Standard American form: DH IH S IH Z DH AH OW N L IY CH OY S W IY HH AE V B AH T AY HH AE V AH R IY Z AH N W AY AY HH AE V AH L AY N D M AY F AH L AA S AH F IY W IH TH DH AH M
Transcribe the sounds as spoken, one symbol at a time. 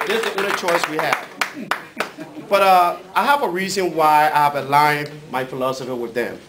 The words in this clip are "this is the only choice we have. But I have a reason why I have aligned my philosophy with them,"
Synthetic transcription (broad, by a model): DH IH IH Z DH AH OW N IY CH OY S W IY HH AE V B AH T AY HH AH V AH R IY Z AH N W AY AY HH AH V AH L AY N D M AY F AH L AA S AH F IY W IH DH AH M